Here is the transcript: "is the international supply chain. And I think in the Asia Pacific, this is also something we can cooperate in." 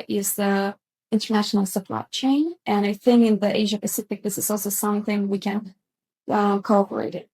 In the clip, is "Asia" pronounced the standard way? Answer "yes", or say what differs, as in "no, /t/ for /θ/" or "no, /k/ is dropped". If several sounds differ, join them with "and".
yes